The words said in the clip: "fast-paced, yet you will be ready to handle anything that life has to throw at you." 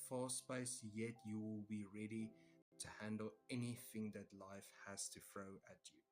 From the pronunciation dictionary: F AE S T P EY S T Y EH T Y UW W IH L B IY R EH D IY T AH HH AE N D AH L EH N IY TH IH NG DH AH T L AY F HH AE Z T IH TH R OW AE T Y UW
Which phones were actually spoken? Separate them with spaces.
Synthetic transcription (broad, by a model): F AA S P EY S Y EH T Y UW W IH L B IY R EH D IY T AH HH AE N D AH L EH N IY TH IH NG DH AH T L AY F HH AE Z T IH F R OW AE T Y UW